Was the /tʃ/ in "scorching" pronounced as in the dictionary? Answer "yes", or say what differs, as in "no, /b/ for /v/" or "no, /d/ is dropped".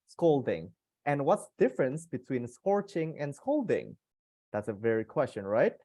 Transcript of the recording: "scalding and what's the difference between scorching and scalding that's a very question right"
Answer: yes